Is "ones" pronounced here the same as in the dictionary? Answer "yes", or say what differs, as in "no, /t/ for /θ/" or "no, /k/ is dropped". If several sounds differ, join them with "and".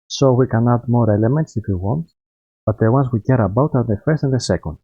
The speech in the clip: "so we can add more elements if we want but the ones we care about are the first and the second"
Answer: no, /s/ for /z/